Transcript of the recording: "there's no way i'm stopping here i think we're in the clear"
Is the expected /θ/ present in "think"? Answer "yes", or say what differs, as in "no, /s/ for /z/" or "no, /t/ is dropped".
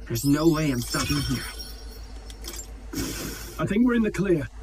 yes